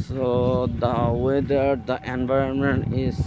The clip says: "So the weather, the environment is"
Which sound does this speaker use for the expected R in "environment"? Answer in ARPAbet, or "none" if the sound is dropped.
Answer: R